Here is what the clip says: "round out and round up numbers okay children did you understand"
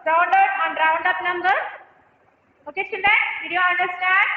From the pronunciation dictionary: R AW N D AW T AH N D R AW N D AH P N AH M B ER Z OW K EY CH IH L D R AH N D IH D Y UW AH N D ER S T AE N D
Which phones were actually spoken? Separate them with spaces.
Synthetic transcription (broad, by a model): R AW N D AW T AH N D R AW N D AH P N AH M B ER OW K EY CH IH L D AH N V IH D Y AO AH N D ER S T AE N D